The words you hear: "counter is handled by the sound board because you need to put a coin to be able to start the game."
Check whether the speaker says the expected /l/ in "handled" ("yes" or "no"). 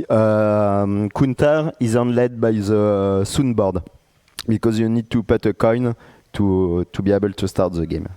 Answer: no